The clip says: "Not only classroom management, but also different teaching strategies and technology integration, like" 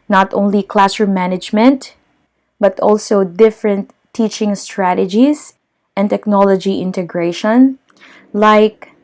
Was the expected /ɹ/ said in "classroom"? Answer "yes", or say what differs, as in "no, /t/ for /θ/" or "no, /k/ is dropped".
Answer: no, /ɹ/ is dropped